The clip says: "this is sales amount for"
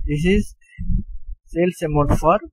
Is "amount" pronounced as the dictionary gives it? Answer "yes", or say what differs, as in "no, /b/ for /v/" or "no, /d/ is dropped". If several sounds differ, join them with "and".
no, /n/ is dropped